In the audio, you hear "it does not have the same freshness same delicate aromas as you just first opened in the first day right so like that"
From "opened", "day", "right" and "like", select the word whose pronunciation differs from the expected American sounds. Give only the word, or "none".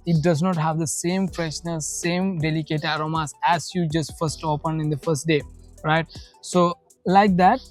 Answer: opened